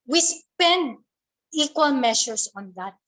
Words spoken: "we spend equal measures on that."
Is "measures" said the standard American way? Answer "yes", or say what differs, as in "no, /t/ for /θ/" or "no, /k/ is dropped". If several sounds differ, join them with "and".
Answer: no, /ʃ/ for /ʒ/ and /s/ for /z/